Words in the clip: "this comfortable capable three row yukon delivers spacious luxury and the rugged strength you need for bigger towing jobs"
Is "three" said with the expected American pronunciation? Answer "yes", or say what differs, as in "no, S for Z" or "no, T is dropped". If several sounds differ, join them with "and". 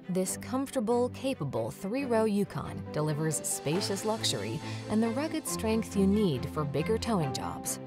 yes